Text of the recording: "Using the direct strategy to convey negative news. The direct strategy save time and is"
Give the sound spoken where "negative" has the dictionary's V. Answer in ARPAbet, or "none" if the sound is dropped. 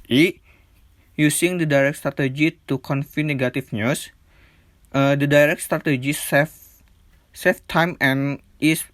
F